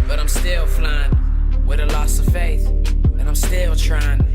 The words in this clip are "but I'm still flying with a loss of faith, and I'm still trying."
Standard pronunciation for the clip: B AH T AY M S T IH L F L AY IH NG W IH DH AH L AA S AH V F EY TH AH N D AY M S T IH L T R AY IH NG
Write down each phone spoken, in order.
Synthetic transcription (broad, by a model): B AH T AY M S T IH L F L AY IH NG W IH DH AH L AA S AH V F EY TH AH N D AY M S T IH L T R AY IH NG